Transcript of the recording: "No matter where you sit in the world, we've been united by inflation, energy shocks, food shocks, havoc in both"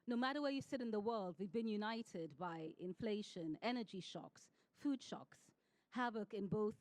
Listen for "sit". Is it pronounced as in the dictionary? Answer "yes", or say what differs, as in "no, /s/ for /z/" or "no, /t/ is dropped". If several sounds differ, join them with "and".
yes